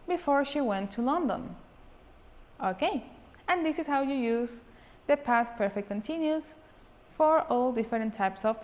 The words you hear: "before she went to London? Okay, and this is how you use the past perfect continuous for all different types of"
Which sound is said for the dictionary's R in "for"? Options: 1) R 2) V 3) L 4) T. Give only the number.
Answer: 1